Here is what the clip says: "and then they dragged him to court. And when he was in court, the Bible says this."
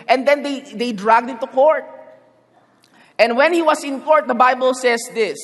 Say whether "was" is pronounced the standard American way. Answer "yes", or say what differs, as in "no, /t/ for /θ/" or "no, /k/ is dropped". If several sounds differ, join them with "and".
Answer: no, /s/ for /z/